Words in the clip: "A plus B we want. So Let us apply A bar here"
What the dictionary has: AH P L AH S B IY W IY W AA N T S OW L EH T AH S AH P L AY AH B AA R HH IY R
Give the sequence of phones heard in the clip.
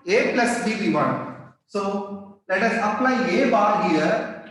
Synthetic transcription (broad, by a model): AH P L AH S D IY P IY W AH N S OW L EH T AH S AH P L AY AH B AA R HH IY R